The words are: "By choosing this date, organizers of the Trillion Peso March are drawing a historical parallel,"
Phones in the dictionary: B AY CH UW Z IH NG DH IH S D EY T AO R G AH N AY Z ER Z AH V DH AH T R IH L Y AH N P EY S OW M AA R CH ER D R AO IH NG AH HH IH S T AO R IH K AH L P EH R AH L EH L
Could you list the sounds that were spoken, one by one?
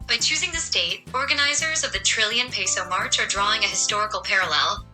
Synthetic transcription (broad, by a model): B AY CH UW Z IH NG DH IH S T EY T AO R G AH N AY Z ER Z AH V DH AH T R IH L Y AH N P EY S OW M AA R CH ER D R AO IH NG AH HH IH S T AO R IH K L P EH R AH L EH L